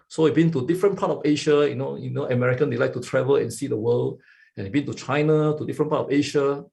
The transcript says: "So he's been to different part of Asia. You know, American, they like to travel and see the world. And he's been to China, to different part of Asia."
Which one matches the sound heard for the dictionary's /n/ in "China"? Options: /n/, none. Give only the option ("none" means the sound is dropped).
/n/